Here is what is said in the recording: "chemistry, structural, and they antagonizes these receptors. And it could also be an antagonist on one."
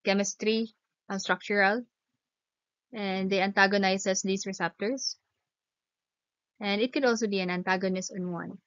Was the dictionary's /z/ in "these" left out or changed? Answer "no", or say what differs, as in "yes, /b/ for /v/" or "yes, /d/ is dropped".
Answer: yes, /s/ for /z/